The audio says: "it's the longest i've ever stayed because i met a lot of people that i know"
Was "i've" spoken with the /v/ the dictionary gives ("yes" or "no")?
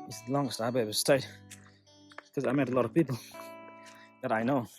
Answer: no